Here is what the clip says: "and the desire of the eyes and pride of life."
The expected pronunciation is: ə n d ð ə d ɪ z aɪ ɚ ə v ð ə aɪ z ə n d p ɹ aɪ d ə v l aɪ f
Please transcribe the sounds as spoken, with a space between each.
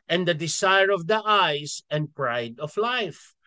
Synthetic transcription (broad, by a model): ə n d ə d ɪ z aɪ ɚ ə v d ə aɪ s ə n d p ɹ aɪ d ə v l aɪ f